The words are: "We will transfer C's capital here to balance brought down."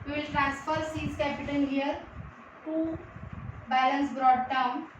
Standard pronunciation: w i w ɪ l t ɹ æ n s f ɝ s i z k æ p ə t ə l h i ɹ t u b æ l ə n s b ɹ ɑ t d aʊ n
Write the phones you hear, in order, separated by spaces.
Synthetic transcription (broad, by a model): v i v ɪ l t ɹ æ n s f ɝ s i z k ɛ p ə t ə n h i ɹ t u b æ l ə n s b ɹ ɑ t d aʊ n